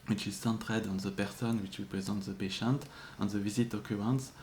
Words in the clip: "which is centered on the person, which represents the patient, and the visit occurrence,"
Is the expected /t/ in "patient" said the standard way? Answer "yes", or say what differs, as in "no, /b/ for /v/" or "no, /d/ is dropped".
yes